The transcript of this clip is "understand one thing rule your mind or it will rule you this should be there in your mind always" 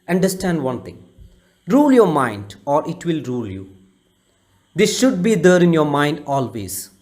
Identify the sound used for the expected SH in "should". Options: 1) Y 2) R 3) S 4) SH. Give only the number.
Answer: 4